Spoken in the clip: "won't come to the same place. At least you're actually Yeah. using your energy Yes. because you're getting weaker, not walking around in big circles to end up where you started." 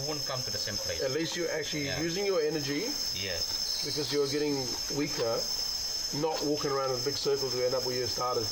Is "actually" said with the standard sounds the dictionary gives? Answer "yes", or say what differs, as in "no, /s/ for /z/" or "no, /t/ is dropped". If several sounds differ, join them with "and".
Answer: no, /l/ is dropped